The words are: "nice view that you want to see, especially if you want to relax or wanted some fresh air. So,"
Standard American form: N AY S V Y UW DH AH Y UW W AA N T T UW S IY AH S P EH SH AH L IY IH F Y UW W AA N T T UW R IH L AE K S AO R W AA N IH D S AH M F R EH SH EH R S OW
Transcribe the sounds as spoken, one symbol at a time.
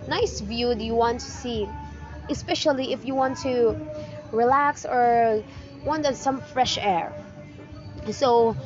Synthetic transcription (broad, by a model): N AY S V Y UW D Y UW W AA N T T UW S IY AH S P EH SH AH L IY IH F Y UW W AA N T T UW R IH L AE K S AO R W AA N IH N S AH M F R EH SH EH R S OW